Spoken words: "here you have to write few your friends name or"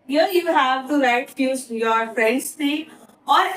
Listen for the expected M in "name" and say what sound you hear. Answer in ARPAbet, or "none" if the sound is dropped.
none